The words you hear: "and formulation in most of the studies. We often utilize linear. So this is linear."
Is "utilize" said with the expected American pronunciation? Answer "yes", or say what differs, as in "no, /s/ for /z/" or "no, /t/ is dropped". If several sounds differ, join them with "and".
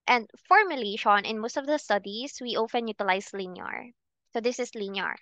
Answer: no, /s/ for /z/